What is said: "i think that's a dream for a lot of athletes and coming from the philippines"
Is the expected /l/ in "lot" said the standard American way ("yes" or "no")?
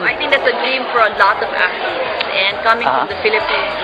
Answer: yes